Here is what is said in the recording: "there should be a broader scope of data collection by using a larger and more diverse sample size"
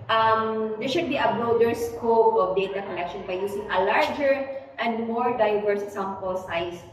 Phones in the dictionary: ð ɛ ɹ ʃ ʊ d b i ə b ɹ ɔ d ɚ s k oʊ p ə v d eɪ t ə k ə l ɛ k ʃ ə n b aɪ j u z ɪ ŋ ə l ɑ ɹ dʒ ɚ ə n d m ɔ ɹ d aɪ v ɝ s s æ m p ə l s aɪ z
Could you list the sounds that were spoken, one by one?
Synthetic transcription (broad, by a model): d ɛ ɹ ʃ ʊ d b i ə b ɹ ɔ d ɚ s k oʊ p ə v d eɪ t ə k ə l ɛ k ʃ ə n b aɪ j u s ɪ ŋ ə l ɑ ɹ dʒ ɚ ə n d m ɔ ɹ d aɪ v ɝ s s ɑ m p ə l s aɪ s